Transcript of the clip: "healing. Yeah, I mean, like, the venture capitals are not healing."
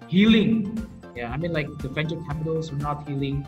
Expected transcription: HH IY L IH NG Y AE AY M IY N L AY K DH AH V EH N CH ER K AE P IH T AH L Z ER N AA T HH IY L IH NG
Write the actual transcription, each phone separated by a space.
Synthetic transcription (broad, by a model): HH IY L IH NG Y AE AY M IY N L AY K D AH F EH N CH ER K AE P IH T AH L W ER N AA T HH IY L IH NG